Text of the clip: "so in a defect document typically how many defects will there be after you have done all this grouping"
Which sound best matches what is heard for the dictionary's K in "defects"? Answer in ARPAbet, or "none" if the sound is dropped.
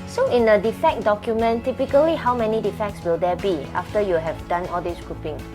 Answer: K